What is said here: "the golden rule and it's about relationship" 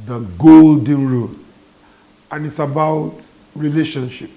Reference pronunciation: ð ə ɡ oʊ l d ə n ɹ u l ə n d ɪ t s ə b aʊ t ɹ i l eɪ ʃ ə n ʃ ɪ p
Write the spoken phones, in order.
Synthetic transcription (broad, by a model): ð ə ɡ oʊ l d ə n ɹ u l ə n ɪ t s ə b aʊ t ɹ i l eɪ ʃ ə n ʃ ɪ p